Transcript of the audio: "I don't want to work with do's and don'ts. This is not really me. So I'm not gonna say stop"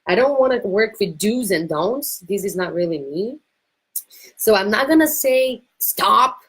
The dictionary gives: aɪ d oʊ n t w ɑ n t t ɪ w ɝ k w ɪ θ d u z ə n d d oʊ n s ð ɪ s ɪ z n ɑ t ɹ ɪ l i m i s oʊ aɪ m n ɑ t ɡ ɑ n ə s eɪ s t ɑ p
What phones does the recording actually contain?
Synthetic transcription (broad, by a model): aɪ d oʊ n t w ɑ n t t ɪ w ɝ k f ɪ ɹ d u z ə n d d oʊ n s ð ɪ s ɪ z n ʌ t ɹ ɪ l i m i s oʊ aɪ m n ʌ t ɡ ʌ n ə s eɪ s t ɑ p